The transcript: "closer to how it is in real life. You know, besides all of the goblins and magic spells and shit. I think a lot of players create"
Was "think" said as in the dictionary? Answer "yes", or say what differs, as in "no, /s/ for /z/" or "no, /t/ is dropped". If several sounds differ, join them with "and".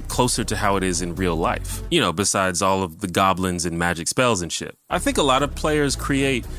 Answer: yes